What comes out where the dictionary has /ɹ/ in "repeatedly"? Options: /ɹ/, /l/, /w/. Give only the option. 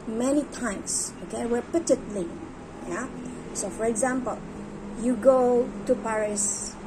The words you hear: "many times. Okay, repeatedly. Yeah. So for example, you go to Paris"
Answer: /w/